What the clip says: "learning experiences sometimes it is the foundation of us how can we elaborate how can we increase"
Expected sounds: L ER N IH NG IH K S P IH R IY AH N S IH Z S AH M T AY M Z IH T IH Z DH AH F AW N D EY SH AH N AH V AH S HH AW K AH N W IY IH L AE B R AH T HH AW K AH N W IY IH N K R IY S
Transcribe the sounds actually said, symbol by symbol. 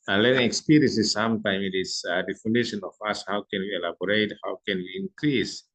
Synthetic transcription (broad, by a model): L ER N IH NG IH K S P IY R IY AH N S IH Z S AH M T AY M IH T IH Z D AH F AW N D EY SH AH N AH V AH S HH AW K AH N W IY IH L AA B R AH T HH AW K AH N W IY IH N K R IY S